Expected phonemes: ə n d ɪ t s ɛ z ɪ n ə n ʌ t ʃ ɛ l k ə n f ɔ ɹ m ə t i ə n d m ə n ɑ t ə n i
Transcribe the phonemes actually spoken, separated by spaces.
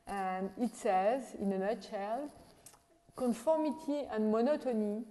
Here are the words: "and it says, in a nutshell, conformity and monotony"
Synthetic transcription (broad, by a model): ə n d ɪ t s ɛ z ɪ n ə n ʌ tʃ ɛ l k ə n f ɔ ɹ m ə t i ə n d m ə n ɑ t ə n i